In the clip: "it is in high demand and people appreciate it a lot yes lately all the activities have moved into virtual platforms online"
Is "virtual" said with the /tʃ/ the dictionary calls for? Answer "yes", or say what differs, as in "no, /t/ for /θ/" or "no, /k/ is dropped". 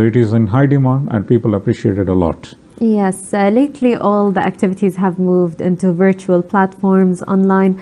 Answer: yes